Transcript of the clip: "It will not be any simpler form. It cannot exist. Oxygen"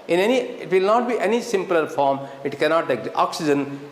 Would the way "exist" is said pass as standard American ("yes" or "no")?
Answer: no